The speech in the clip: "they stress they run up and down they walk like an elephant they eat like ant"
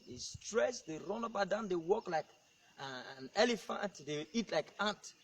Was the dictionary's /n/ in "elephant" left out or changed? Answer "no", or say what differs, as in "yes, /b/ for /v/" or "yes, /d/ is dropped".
no